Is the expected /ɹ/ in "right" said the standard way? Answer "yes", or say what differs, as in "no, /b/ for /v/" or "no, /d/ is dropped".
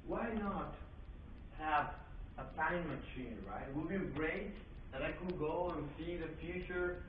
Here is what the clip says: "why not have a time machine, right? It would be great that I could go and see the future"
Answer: yes